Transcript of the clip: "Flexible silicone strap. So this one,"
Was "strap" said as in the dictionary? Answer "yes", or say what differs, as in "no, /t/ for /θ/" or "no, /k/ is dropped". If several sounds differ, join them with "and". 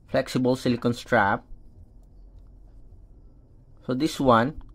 yes